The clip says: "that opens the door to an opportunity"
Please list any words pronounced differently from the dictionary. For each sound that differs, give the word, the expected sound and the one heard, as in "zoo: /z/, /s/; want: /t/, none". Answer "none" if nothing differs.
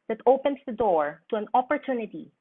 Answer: opens: /z/, /s/